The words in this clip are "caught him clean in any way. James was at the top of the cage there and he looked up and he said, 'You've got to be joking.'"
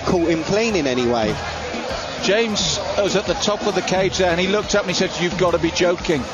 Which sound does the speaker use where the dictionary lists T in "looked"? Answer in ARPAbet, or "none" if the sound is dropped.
T